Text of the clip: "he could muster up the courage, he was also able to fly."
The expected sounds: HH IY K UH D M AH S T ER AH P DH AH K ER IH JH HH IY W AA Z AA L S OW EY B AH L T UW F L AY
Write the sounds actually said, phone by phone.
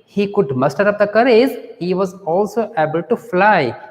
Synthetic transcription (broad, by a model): HH IY K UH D M AH S T ER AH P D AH K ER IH Z HH IY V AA Z AA L S OW EY B AH L T UW F L AY